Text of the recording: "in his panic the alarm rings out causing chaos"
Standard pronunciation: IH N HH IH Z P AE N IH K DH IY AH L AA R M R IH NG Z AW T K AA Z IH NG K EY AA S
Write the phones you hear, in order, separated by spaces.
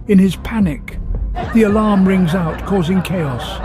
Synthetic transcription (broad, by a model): IH N IH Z P AE N IH K DH IY AH L AA R M R IH NG Z AW T K AA Z IH NG K EY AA S